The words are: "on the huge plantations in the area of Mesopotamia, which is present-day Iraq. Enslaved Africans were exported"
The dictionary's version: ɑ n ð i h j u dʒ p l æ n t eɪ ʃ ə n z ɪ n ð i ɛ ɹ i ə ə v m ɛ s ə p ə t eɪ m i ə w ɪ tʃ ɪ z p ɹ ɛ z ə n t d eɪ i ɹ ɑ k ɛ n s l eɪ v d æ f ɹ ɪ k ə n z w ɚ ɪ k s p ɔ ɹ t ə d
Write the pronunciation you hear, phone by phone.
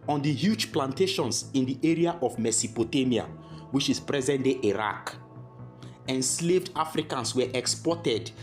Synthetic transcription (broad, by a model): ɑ n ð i h j u dʒ p l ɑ n t eɪ ʃ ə n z ɪ n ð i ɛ ɹ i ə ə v m ɛ s ə p ə t eɪ m i ə w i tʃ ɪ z p ɹ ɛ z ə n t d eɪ i ɹ ɑ k ɛ n s l eɪ v d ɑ f ɹ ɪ k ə n s w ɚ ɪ k s p ɔ t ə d